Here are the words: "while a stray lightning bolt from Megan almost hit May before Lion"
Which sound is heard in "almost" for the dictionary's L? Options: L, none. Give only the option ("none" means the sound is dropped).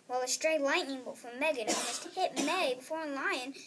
none